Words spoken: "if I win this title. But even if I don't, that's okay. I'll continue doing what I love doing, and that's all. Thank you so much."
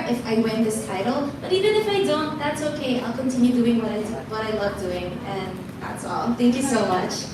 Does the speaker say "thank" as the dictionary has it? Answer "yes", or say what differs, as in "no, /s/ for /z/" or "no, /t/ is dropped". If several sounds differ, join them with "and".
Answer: yes